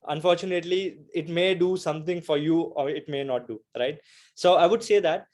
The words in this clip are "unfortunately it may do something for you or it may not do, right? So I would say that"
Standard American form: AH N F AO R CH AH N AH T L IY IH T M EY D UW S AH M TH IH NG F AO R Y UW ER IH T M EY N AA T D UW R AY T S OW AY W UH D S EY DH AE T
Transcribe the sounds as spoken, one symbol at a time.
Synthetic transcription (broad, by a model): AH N F AO R CH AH N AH T L IY IH T M EY D UW S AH M T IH NG F AO R Y UW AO IH T M EY N AA T D UW R AY T S OW AY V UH D S EY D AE T